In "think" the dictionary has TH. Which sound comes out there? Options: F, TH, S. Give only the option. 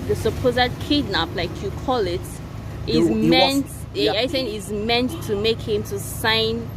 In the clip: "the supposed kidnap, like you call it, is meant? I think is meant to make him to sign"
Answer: S